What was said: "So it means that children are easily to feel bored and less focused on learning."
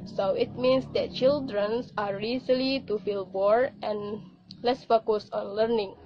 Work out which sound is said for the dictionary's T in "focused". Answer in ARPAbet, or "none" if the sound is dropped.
none